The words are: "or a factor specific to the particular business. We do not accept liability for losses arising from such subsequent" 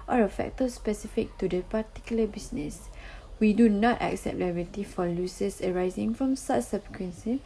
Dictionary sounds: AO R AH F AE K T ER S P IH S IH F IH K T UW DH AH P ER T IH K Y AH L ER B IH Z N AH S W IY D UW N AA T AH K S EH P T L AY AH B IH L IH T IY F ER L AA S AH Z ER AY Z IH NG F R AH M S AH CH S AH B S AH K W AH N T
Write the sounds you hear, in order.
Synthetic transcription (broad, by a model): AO R AH F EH K T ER S P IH S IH F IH K T UW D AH P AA T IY K Y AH L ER B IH S N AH S W IY D UW N AA T AH K S EH P T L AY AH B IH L T IY F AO L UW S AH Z ER AY Z IH NG F R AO M S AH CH S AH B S K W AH N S